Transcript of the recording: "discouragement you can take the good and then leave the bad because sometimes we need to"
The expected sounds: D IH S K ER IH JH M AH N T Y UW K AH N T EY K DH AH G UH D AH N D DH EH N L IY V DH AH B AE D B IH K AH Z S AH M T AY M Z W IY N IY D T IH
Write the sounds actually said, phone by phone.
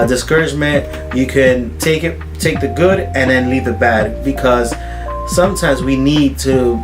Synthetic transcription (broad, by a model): D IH S K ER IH JH M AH N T Y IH K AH N T EY K DH AH G UH D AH N DH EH N L IY V DH AH B AE D B IH K AH Z S AH M T AY M Z W IY N IY D T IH